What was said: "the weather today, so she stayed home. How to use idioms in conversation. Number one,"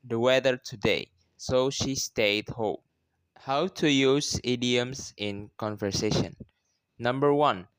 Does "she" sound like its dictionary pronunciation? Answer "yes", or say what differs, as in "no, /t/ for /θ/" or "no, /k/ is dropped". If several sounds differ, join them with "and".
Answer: yes